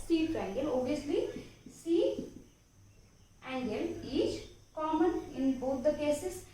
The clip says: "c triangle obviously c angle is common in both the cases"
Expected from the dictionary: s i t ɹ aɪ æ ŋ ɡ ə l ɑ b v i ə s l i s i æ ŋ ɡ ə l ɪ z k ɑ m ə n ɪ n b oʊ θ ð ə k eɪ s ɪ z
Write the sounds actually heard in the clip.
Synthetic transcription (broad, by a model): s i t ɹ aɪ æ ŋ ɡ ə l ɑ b i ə s l i s i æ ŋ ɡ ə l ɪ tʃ k ɑ m ə n ɪ n b oʊ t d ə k eɪ s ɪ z